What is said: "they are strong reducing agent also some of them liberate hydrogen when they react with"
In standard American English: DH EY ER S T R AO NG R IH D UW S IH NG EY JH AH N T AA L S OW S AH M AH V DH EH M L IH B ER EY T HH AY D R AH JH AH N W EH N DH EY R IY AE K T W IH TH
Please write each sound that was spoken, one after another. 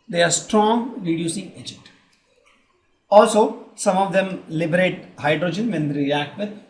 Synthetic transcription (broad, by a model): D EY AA S T R AO NG R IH D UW S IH NG EY JH AH N T AA L S OW S AH M AH V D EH M L IH B ER EY T HH AY D R AH JH AH N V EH N R IY AE K T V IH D